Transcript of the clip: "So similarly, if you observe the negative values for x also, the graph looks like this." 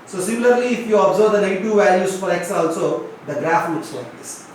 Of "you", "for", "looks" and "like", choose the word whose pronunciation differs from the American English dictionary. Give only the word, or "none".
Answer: looks